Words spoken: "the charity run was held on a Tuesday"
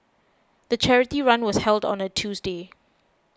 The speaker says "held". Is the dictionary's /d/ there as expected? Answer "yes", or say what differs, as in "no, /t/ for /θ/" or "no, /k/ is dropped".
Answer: yes